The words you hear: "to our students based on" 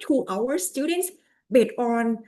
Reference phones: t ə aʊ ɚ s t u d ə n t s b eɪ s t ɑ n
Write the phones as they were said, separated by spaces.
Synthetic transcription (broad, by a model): t aʊ ɚ s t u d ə n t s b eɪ t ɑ n